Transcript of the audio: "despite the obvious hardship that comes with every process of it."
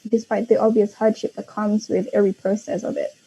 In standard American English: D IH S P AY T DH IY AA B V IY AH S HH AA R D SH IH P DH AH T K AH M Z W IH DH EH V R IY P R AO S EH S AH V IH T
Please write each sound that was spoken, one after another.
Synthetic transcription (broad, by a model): D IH S P AY T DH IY AA B V IY AH S HH AA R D SH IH P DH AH T K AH M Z W IH DH EH V R IY P R AO S EH S AH V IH T